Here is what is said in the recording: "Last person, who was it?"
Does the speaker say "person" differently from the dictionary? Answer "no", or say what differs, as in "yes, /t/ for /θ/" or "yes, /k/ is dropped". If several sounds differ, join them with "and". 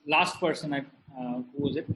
no